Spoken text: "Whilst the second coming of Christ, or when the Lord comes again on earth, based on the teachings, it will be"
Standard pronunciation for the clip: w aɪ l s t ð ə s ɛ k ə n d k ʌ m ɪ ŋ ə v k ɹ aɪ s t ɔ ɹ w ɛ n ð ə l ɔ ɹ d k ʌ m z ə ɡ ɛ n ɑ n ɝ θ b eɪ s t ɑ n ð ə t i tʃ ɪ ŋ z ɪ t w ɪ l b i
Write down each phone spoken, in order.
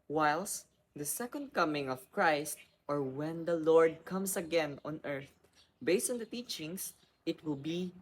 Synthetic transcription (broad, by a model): w aɪ l s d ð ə s ɛ k ə n d k ʌ m ɪ ŋ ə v k ɹ aɪ s t ɔ ɹ w ɛ n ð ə l ɔ ɹ d k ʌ m s ə ɡ ɛ n ɑ n ɝ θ b eɪ s t ɑ n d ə t i tʃ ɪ ŋ s ɪ t w ɪ l b i